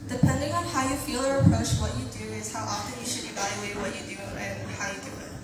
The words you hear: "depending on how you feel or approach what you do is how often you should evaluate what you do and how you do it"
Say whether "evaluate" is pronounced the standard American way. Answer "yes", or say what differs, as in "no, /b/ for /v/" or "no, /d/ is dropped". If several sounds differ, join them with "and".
yes